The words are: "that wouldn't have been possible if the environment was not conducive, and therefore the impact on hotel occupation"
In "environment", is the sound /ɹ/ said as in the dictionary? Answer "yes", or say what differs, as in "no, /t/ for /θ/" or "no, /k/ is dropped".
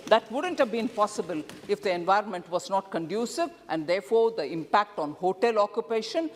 yes